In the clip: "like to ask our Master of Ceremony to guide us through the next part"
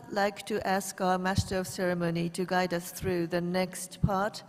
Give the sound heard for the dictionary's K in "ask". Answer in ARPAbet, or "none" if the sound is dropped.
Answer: K